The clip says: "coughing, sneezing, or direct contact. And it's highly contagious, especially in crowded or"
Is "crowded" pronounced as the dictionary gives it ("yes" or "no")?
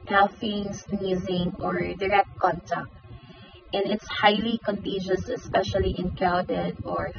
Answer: no